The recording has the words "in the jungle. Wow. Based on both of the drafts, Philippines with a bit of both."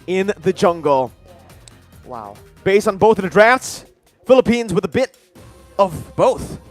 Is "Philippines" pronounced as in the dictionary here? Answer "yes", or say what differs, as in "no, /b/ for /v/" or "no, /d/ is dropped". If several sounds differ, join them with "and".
yes